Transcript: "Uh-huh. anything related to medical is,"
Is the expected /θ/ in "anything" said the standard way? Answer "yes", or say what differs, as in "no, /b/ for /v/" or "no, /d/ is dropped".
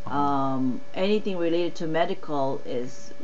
yes